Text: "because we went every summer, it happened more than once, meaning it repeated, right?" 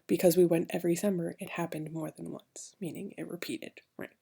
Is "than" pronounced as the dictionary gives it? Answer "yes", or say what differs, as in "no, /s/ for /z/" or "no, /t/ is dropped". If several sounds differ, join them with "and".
yes